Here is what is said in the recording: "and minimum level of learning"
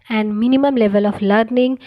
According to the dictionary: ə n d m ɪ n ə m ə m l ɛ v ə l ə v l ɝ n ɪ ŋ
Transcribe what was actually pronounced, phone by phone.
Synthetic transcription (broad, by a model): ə n d m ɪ n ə m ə m l ɛ v ə l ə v l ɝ n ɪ ŋ